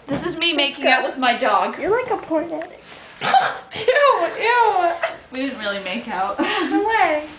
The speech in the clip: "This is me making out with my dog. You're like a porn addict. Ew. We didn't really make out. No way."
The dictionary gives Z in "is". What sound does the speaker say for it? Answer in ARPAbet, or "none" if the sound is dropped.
Z